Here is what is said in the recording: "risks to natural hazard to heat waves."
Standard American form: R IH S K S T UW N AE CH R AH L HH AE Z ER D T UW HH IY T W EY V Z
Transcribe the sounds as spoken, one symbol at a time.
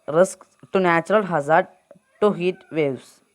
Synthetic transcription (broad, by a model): R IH S K T UW N AE CH R AH L HH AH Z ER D T UW HH IY T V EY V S